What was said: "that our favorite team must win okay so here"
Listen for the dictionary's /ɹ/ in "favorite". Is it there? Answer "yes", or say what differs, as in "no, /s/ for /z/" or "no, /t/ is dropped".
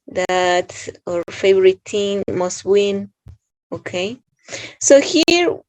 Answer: yes